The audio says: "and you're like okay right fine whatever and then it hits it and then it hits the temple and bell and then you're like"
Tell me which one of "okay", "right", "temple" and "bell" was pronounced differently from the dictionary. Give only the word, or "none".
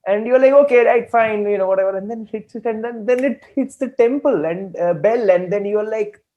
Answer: none